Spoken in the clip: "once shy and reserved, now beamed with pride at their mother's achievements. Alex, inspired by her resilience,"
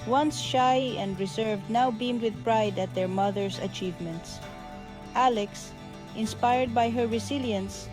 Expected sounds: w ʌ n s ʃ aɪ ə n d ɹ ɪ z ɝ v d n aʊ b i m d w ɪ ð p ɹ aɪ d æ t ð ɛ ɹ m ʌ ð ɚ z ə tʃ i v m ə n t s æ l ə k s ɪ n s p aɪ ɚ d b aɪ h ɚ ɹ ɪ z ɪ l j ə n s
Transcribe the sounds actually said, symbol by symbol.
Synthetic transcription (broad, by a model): w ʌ n s ʃ aɪ ə n d ɹ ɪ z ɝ v d n aʊ b i m d w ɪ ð p ɹ aɪ d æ t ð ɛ ɹ m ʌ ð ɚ s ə tʃ i v m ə n t s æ l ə k s ɪ n s p aɪ ɚ d b aɪ h ɚ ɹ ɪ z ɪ l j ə n s